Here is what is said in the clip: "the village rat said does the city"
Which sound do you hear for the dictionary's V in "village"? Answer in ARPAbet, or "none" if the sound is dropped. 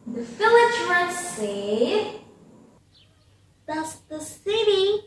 F